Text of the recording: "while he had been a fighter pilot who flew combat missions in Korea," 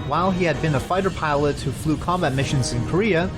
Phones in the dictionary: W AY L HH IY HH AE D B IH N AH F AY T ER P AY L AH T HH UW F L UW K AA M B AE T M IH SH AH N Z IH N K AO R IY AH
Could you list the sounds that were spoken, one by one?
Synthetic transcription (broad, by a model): W AY L IY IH D B IH N AH F AY T ER P AY L AH T HH UW F L UW K AA M B AE T M IH SH AH N Z IH N K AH R IY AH